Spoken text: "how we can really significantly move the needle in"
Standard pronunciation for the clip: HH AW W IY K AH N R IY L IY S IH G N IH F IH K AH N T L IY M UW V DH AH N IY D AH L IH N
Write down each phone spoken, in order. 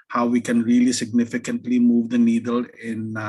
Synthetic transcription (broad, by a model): HH AW W IY K AH N R IY L IY S IH G N IH F IH K AH N T L IY M UW V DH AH N IY D AH L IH N